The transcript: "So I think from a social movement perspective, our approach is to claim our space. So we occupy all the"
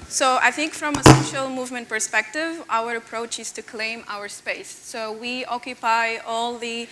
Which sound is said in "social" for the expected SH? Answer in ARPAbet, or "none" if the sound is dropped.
SH